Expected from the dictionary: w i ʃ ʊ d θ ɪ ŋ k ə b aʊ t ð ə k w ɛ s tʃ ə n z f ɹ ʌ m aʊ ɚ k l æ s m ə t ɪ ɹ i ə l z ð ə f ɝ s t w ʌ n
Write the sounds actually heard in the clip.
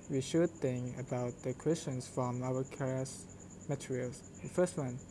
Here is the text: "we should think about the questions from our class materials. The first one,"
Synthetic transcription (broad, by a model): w i ʃ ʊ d θ ɪ ŋ k ə b aʊ t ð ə k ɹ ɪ s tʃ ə n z f ɹ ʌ m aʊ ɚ k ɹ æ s m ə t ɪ ɹ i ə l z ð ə f ɝ s t w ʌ n